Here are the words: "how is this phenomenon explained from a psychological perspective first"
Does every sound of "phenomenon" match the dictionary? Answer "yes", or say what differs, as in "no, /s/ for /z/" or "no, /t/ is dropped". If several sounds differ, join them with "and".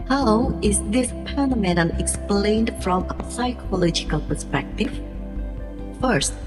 no, /p/ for /f/